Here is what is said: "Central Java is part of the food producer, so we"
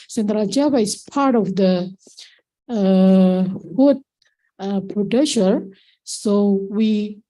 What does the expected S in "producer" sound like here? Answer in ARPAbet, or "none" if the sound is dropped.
SH